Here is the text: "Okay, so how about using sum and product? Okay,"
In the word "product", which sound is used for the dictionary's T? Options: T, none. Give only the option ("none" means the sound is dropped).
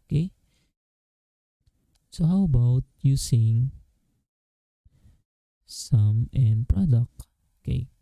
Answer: none